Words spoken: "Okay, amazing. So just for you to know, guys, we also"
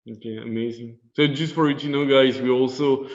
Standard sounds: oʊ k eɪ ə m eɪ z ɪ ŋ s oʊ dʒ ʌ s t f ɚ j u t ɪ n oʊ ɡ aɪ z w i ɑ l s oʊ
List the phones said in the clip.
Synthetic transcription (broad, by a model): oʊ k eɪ ə m eɪ z ɪ ŋ s oʊ dʒ ʌ s t f ɚ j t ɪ n oʊ ɡ aɪ z w i ɑ l s oʊ